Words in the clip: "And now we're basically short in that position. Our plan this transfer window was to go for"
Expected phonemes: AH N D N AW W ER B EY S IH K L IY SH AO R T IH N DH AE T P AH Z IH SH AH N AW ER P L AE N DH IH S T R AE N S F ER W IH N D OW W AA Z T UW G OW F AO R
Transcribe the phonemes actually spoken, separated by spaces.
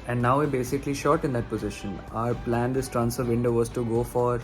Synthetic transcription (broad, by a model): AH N D N AW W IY B EY S IH K L IY SH AO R T IH N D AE T P AH Z IH SH AH N AW ER P L AE N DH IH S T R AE N S ER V IH N D OW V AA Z T UW G OW F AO R